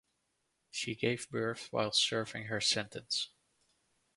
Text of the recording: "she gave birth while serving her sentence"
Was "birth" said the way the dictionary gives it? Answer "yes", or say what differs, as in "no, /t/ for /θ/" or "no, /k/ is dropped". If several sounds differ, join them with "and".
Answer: yes